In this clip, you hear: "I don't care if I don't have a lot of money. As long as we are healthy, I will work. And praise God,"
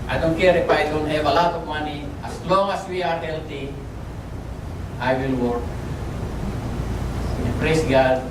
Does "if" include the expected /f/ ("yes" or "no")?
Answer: no